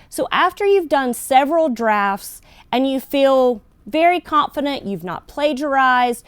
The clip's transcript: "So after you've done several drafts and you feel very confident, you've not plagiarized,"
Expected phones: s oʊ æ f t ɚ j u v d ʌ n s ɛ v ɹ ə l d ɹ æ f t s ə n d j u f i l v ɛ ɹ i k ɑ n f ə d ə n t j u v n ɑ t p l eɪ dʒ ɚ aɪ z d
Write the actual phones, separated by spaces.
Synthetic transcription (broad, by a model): s oʊ æ f t ɚ j u v d ʌ n s ɛ v ɹ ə l d ɹ æ f t s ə n j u f i l v ɛ ɹ i k ɑ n f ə d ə n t j u v n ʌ t p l eɪ dʒ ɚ aɪ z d